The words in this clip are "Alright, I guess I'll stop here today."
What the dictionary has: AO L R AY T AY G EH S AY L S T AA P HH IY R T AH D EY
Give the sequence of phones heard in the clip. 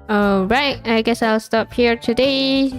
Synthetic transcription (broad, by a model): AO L R AY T AY G EH S AY L S T AA P HH IY R T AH D EY